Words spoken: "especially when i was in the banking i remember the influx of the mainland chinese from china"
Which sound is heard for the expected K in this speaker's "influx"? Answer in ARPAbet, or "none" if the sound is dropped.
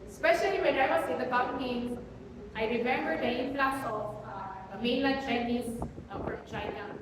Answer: none